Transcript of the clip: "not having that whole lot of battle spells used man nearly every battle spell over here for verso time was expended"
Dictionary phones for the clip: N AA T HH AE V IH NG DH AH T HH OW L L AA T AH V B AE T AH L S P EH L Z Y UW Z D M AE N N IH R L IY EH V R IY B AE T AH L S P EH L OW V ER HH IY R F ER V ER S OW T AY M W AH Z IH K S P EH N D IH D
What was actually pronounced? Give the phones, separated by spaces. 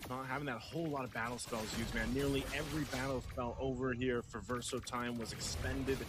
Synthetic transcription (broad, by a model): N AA T HH AE V IH NG DH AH T HH OW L L AA T AH V B AE T L S P EH L Z Y UW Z M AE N N IH R L IY EH V R IY B AE T L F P EH L OW V ER HH IY R F ER V ER S OW T AY M W AH Z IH K S P EH N D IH D